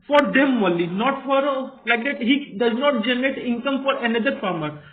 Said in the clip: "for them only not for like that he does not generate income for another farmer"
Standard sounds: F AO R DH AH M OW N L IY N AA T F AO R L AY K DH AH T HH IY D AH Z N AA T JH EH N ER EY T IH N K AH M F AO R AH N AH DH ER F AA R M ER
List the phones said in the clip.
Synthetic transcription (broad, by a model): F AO R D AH M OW L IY N AA T F AO R L AY K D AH T HH IY D AH Z N AA T JH EH N ER EY T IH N K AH M F AO R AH N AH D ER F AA R M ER